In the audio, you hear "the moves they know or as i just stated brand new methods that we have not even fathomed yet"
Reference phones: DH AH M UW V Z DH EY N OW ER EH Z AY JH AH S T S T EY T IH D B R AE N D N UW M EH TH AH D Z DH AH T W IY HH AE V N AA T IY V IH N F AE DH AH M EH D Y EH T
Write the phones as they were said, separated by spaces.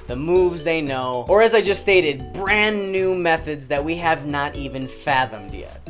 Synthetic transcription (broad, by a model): DH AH M UW V Z DH EY N OW ER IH Z AY JH AH S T S T EY T IH D B R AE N N UW M EH TH AH D Z DH AH T W IY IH V N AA T IY V IH N F AE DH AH M D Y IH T